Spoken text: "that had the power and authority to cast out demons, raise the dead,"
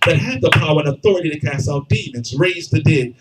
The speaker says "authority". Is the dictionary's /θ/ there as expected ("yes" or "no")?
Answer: yes